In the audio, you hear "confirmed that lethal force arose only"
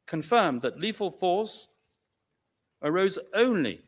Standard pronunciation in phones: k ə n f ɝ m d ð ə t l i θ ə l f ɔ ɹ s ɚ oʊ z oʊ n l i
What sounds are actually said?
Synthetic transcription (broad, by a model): k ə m f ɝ m ð ə t l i f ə l f ɔ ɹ s ɚ oʊ z oʊ n l i